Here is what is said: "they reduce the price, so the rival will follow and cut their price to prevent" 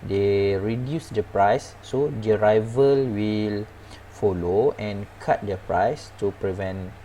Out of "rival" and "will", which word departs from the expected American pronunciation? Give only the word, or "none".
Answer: none